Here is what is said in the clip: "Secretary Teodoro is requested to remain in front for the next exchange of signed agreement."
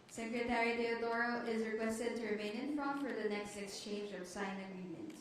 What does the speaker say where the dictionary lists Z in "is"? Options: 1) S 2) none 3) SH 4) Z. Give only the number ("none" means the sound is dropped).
4